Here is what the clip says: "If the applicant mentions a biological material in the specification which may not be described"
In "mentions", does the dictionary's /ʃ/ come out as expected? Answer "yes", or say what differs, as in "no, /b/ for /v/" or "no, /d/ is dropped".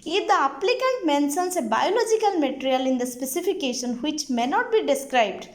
no, /s/ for /ʃ/